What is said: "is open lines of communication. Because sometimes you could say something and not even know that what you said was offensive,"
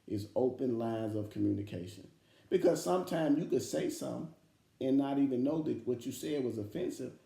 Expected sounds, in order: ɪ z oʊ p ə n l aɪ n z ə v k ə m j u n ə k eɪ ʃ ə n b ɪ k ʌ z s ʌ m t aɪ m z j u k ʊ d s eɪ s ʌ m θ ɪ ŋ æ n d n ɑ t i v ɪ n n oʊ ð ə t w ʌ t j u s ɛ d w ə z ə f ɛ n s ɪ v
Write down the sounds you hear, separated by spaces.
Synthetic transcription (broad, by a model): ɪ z oʊ p ə n l aɪ n z ə v k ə m j u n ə k eɪ ʃ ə n b ɪ k ʌ z s ʌ m t aɪ m z j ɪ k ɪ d s eɪ s ʌ m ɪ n n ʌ t i v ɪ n n oʊ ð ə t w ʌ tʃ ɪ s ɛ d w ə z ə f ɛ n s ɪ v